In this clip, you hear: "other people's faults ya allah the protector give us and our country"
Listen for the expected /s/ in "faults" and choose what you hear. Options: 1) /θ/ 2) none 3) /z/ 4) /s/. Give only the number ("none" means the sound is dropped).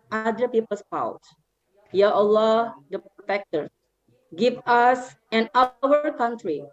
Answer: 2